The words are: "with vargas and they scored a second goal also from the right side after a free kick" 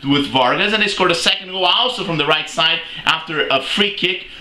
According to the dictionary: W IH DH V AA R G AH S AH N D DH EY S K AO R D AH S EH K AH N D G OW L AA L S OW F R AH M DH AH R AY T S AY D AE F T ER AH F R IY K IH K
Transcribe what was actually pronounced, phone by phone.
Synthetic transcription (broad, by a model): W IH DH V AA R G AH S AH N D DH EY S K AO R D AH S EH K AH N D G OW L AA L S OW F R AH M DH AH R AY T S AY D AE F T ER AH F R IY K IH K